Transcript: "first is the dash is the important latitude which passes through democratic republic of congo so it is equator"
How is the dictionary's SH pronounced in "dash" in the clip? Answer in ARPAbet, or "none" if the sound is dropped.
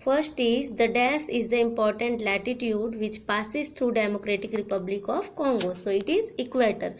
S